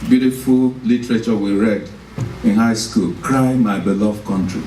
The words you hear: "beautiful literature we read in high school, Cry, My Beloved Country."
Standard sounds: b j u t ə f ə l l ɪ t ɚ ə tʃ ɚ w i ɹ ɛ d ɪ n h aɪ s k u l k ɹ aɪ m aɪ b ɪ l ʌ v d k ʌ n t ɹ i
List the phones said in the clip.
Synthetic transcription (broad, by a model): b j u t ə f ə l l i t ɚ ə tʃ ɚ w i ɹ ɛ d ɪ n h aɪ s k u l k ɹ aɪ m aɪ b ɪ l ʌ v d k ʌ n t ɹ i